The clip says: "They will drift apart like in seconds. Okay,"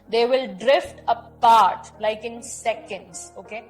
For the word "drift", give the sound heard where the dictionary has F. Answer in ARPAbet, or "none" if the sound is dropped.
F